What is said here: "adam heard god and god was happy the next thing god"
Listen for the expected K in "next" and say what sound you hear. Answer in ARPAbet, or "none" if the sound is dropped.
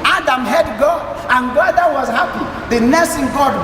none